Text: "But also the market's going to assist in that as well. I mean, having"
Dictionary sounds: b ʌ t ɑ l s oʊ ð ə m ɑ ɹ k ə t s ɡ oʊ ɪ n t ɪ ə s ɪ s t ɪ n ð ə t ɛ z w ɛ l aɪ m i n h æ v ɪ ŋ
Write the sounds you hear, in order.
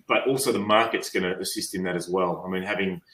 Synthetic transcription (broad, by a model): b ʌ t ɑ l s oʊ ð ə m ɑ ɹ k ə t s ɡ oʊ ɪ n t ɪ ə s ɪ s t ɪ n ð ə t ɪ z w ɛ l aɪ m i n h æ v ɪ ŋ